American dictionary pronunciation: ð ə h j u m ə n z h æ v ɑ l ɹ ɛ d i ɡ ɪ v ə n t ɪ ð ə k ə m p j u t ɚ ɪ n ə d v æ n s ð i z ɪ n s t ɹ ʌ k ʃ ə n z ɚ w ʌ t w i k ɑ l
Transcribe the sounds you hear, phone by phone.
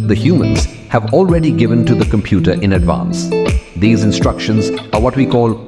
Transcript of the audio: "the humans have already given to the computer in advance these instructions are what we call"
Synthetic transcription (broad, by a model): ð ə h j u m ə n z h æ v ɑ l ɹ ɛ d i ɡ ɪ v ə n t ɪ ð ə k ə m p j u t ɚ ɪ n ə d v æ n s ð i z ɪ n s t ɹ ʌ k ʃ ə n z ɚ w ʌ t w i k ɑ l